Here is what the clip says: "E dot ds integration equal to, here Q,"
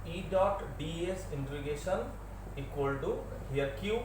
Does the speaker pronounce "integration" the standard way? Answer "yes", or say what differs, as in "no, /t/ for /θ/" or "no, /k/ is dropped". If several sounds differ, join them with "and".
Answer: no, /ɹ/ is dropped